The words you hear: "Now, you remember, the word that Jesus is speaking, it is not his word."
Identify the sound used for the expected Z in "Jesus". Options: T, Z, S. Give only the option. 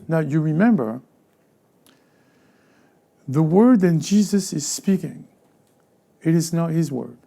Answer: Z